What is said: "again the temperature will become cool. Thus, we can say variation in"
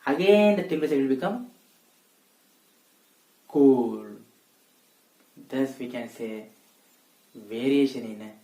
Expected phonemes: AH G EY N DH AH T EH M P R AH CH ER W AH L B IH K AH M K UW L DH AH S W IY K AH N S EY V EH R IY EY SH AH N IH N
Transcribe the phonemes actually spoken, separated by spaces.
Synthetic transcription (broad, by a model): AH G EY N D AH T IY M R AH S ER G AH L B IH K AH M K UW L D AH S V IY K AH N S EY V EH R IY EY SH AH N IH N